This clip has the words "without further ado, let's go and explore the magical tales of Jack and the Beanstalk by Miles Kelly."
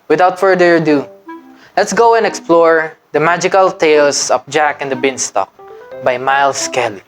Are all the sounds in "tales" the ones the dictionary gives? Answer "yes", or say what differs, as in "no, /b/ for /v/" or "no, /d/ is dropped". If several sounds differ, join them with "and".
no, /s/ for /z/